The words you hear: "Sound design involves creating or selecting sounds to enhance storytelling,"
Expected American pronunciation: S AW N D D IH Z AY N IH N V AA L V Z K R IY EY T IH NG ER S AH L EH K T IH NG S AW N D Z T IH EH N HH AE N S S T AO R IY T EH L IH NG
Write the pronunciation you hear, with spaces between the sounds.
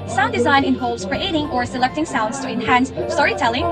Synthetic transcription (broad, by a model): S AW N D D IH Z AY N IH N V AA L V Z K R IY EY T IH NG ER S AH L EH K T IH NG S AW N D Z T IH EH N HH AE N S S T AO R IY T EH L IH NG